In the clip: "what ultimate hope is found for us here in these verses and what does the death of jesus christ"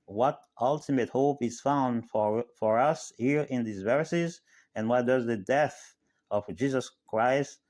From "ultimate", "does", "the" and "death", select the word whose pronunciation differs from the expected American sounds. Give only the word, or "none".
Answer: none